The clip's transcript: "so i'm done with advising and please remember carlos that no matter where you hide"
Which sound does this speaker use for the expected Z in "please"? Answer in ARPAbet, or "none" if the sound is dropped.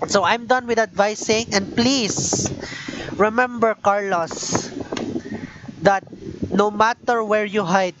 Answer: S